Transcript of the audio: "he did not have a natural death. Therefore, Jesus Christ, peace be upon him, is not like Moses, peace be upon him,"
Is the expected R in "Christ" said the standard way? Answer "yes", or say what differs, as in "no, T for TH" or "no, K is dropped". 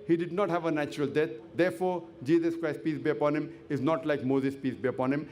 yes